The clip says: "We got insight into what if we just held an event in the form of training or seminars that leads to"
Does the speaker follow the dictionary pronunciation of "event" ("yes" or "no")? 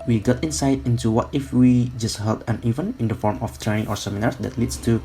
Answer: no